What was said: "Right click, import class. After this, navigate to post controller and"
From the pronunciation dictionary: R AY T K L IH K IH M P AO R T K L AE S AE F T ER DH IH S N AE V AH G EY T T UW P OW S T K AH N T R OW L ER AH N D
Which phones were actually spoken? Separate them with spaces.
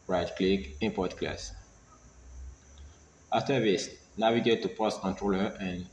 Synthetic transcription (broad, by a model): R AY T K L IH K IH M P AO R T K L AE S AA F T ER DH IH S N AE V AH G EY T T UW P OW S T K AH N T R OW L ER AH N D